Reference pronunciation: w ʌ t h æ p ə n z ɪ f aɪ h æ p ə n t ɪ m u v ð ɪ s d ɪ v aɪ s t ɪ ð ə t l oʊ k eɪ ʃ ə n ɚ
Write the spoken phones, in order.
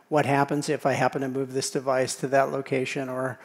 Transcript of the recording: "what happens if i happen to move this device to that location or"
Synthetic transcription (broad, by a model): w ʌ t h æ p ə n z ɪ f aɪ h æ p ə n t ɪ m u v ð ɪ s d ɪ v aɪ s t ɪ ð ə t l oʊ k eɪ ʃ ə n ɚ